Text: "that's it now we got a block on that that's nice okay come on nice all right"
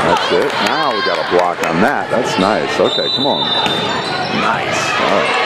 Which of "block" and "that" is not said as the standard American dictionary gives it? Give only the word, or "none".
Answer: none